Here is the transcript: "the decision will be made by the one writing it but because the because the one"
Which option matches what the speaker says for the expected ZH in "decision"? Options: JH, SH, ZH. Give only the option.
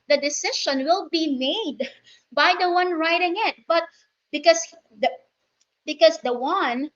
SH